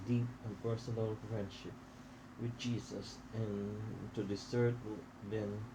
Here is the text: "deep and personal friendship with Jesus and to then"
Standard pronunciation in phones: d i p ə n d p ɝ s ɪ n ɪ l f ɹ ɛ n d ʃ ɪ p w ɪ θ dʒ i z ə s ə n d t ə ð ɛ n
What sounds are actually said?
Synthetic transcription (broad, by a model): d i p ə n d p ɝ s ɪ n ɪ l f ɹ ɛ n d ʃ ɪ p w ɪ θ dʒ i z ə s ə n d s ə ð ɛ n